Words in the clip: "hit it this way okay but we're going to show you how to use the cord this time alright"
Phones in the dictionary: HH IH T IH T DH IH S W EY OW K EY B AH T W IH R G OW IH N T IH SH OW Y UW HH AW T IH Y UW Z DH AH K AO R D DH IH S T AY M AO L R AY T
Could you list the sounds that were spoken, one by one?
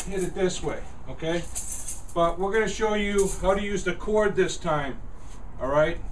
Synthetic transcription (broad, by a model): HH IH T IH T DH IH S W EY OW K EY B AH T W IH R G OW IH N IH SH OW Y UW HH AW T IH Y UW Z DH AH K AO R D DH IH S T AY M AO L R AY T